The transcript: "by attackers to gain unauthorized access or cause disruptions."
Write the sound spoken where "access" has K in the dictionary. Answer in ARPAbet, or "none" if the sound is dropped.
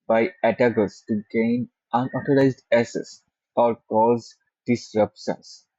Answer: none